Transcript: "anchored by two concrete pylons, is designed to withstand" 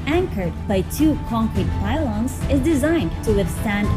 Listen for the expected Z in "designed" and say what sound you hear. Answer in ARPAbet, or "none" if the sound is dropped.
Z